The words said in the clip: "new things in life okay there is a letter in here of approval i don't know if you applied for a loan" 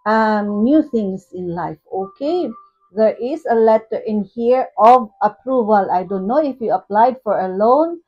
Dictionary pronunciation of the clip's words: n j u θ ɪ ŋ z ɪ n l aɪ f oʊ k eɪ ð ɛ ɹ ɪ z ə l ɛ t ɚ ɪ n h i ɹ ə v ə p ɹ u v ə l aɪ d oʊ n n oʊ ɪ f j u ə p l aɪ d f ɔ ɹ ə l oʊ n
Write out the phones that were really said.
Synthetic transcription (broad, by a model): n j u t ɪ ŋ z ɪ n l aɪ f oʊ k eɪ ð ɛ ɹ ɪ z ə l ɛ t ɚ ɪ n h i ɹ ə v ə p ɹ u v ə l aɪ d oʊ n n oʊ ɪ f j u ə p l aɪ d f ɔ ɹ ə l oʊ n